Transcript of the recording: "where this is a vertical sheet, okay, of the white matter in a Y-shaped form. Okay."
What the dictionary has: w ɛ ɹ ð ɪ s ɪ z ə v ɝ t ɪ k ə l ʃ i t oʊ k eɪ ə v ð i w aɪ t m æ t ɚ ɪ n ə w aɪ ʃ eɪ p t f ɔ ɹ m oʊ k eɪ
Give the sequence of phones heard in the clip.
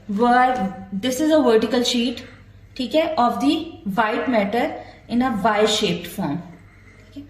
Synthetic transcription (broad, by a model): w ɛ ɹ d ɪ s ɪ z ə v ɝ t ɪ k ə l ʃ i t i k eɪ ə v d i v aɪ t m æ t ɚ ɪ n ə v aɪ ʃ eɪ p t f ɔ ɹ m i k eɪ